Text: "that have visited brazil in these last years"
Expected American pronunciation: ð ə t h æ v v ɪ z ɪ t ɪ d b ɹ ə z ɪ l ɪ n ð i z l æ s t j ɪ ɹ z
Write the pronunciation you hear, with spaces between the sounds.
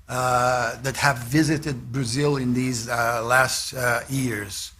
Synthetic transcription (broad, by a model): ð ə t h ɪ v v ɪ z ɪ t ɪ d b ɹ ə z ɪ l ɪ n ð i z l æ s t j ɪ ɹ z